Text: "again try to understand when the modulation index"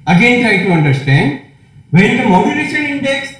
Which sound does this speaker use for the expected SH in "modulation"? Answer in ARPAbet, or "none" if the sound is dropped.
S